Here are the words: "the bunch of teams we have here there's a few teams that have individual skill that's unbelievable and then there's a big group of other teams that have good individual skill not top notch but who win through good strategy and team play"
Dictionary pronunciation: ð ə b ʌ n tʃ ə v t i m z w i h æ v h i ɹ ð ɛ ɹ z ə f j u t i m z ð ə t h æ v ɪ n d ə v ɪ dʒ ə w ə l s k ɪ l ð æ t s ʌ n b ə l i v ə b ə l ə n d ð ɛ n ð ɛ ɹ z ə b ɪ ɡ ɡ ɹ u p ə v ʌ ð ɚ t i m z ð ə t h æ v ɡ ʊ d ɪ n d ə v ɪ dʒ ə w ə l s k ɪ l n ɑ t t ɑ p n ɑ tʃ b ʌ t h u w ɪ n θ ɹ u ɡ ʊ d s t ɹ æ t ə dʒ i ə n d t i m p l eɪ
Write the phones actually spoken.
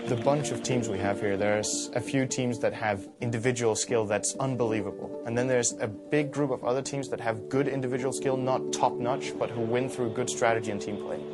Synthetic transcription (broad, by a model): ð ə b ʌ n tʃ ə v t i m z w i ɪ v h i ɹ ð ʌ ɹ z ə f j u t i m z ð ə t h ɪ v ɪ n d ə v ɪ dʒ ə w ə l s k ɪ l ð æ t s ʌ n b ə l i v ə b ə l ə n ð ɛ n ð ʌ ɹ z ə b ɪ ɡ ɡ ɹ u p ə v ʌ ð ɚ t i m z ð ə t h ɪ v ɡ ʊ d ɪ n d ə v ɪ dʒ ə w l s k ɪ l n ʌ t t ɑ p n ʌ tʃ b ʌ t h u w ɪ n θ ɹ u ɡ ʊ d s t ɹ æ t ə dʒ i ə n t i m p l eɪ